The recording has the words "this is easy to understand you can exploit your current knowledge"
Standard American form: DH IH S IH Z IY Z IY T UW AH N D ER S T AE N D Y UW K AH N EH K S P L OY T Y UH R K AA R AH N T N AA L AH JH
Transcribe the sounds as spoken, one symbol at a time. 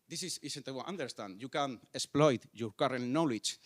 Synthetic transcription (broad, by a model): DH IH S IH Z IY S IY T UW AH N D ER S T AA N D Y UW K AH N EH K S P L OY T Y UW R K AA R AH N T N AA L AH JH